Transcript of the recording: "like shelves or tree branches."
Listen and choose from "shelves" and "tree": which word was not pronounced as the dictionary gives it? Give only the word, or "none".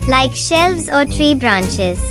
none